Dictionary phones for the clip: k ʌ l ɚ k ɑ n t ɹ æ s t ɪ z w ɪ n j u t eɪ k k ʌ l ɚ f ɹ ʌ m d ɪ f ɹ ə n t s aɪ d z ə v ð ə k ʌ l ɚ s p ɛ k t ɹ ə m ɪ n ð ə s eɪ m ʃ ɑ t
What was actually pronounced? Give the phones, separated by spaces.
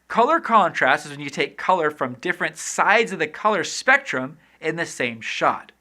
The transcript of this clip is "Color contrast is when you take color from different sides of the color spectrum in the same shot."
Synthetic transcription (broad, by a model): k ʌ l ɚ k ɑ n t ɹ æ s t ɪ z w ɪ n j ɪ t eɪ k k ʌ l ɚ f ɹ ʌ m d ɪ f ɹ ə n t s aɪ d z ə v ð ə k ʌ l ɚ s p ɛ k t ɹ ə m ɪ n ð ə s eɪ m ʃ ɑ t